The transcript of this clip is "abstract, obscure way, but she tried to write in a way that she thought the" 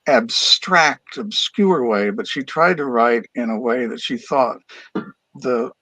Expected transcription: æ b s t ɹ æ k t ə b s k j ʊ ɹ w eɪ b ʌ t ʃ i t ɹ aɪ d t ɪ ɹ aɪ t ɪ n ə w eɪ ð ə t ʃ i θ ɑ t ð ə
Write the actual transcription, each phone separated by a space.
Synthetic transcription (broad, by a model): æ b s t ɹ æ k t ə b s k j ʊ ɹ w eɪ b ʌ t ʃ i t ɹ aɪ d t ɪ ɹ aɪ t ɪ n ə w eɪ ð ə t ʃ i θ ɑ t ð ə